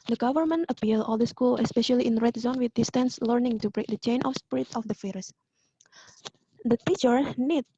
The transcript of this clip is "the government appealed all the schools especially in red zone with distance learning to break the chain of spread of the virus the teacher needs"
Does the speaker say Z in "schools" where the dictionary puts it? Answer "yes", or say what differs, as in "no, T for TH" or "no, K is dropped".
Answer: no, Z is dropped